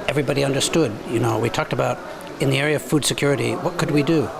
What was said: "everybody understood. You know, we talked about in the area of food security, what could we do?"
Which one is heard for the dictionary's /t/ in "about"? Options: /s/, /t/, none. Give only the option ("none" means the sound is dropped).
/t/